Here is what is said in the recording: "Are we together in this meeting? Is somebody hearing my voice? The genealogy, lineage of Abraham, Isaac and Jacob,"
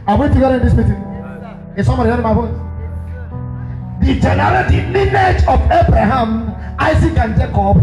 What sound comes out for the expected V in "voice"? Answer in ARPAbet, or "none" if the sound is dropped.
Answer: B